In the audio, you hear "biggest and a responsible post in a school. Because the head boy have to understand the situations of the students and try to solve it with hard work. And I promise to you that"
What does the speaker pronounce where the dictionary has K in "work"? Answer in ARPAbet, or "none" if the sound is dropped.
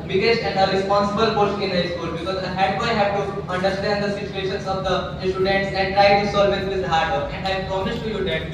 none